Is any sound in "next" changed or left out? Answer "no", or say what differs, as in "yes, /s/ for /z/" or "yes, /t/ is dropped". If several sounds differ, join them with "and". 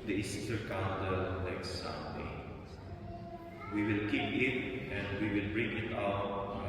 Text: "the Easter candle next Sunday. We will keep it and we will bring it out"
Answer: yes, /l/ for /n/